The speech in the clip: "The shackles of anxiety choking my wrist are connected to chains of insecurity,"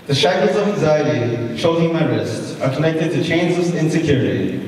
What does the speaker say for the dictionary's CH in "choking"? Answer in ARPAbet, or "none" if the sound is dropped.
SH